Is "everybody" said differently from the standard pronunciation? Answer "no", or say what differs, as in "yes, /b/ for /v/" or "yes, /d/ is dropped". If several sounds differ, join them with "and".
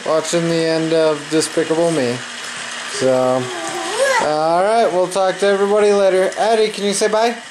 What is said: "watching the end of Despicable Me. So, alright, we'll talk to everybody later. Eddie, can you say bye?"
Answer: no